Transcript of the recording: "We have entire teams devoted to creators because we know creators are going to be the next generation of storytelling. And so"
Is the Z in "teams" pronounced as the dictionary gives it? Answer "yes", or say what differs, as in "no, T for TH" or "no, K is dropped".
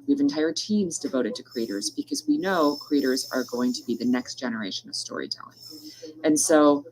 yes